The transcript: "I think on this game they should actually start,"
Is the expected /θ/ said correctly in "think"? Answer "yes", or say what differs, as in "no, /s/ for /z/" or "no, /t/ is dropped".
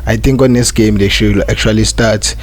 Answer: no, /t/ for /θ/